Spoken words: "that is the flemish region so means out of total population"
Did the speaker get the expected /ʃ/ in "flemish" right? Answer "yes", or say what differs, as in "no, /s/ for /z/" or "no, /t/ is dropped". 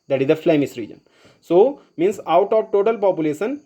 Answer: no, /s/ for /ʃ/